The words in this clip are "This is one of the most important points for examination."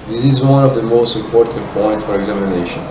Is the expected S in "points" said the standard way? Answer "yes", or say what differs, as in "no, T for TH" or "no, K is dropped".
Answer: no, S is dropped